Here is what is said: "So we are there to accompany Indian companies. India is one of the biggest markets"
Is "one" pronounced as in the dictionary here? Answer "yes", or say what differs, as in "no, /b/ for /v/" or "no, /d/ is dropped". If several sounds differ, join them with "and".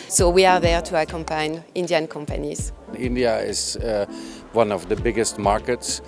yes